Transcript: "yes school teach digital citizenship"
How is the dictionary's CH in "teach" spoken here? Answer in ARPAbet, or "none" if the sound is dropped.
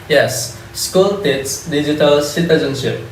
S